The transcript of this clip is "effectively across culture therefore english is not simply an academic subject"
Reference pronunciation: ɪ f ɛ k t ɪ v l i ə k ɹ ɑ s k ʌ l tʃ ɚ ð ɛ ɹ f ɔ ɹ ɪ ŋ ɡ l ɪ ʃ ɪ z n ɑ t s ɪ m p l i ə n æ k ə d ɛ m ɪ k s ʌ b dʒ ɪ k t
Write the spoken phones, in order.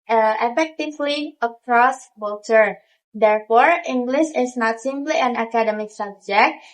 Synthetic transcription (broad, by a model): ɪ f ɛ k t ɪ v l i ə k ɹ ɑ s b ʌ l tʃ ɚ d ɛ ɹ f ɔ ɹ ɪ ŋ ɡ l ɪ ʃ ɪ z n ɑ t s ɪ m p l i ə n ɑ k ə d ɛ m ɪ k s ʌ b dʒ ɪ k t